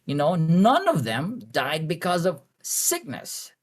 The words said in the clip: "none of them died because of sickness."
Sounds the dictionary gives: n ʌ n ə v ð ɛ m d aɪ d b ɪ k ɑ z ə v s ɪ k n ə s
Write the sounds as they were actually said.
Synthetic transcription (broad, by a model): n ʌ n ə v ð ɛ m d aɪ d b ɪ k ɑ z ə v s ɪ k n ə s